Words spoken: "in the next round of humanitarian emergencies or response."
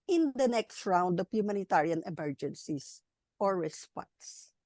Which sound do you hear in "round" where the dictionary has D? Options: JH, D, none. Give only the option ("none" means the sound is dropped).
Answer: D